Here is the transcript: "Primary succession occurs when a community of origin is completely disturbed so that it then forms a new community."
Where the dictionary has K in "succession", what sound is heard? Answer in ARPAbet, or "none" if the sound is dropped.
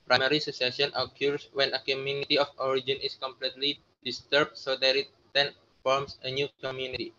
none